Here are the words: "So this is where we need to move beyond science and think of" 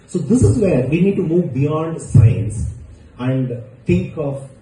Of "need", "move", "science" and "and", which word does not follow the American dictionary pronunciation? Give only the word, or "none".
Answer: none